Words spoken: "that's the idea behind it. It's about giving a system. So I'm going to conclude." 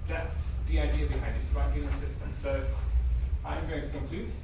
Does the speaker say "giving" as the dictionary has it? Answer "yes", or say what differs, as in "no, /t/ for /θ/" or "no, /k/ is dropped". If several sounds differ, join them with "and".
no, /v/ is dropped